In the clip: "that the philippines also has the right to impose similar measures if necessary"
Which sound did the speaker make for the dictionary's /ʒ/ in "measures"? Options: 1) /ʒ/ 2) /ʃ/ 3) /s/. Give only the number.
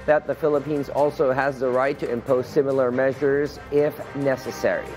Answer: 1